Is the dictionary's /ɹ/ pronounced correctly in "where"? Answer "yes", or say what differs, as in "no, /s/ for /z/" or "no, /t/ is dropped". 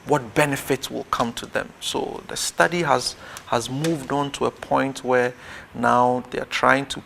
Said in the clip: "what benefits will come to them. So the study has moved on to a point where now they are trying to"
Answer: yes